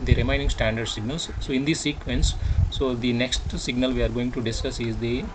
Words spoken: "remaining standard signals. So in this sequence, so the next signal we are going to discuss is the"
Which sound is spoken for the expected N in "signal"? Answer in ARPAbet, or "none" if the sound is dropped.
N